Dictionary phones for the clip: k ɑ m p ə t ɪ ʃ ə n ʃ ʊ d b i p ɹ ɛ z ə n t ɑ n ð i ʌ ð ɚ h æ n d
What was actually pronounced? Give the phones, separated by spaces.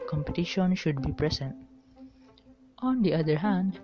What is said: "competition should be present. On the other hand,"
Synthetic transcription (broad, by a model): k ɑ m p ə t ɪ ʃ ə n ʃ ʊ d b i p ɹ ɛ s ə n t ɑ n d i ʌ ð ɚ h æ n d